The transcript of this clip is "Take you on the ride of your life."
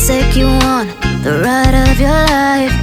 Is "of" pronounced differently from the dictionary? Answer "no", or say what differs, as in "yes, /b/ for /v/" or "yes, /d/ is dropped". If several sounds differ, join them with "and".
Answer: no